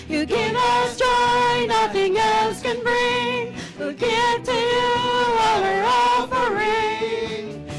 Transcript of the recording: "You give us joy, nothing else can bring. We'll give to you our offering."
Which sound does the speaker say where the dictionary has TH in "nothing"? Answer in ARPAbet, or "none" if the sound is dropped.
TH